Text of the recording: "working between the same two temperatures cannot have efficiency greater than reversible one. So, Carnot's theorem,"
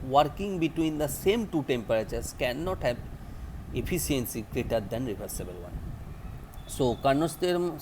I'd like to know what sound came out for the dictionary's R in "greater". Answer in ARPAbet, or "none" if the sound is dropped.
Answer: R